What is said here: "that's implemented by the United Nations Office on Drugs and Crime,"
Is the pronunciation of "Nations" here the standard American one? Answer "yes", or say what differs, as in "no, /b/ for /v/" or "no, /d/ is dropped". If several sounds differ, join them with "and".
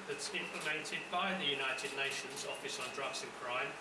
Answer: yes